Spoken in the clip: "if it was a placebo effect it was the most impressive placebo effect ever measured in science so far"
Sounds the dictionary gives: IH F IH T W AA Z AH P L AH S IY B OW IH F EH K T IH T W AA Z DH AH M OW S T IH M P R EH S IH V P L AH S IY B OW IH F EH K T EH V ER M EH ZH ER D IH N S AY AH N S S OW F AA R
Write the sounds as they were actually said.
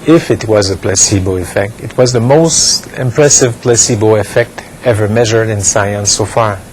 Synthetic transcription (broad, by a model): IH F IH T W AA Z AH P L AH S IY B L IH F EH K T IH T W AA Z DH AH M OW S T IH M P R EH S IH V P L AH S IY B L IH F EH K T EH V ER M EH ZH ER D IH N S AY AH N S S OW F AA R